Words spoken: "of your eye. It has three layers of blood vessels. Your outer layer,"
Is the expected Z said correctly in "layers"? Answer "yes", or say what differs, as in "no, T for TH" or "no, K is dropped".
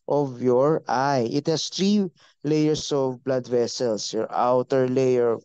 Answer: no, S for Z